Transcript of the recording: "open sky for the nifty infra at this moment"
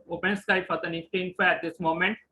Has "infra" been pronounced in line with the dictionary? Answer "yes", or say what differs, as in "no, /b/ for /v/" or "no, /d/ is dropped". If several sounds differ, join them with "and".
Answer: no, /ɹ/ is dropped